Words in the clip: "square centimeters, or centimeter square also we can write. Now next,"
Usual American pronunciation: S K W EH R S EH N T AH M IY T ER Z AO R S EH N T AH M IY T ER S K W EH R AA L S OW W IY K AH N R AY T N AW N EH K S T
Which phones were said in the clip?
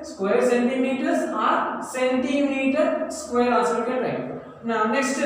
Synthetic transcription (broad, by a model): S K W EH R S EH N T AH M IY T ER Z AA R S EH N T AH M IY T ER S K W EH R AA S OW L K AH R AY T N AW N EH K S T